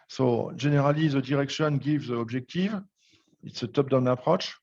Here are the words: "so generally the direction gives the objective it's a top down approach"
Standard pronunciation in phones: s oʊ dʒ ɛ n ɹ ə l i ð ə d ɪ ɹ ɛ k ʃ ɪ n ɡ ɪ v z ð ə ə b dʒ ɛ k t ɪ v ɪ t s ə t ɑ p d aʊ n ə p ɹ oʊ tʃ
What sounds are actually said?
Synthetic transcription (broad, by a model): s oʊ ʒ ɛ n ɹ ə l i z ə d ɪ ɹ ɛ k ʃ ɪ n ɡ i v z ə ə b ʒ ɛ k t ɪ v ɪ t s ə t ɑ p d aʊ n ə p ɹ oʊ tʃ